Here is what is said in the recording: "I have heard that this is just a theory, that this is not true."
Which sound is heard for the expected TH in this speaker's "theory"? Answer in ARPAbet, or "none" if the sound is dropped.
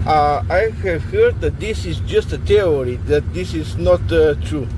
T